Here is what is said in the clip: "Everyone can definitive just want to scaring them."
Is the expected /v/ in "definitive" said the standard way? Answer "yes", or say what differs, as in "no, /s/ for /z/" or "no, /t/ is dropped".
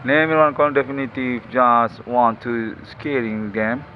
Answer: no, /f/ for /v/